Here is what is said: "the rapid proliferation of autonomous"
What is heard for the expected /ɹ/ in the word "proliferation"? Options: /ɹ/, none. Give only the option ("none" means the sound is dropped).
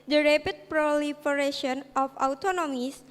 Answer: /ɹ/